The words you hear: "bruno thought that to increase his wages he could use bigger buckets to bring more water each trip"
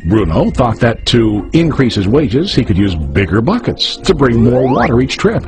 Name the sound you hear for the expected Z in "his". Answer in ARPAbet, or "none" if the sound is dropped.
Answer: Z